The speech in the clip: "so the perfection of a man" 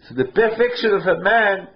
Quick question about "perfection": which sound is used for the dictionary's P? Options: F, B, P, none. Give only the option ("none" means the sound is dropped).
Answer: B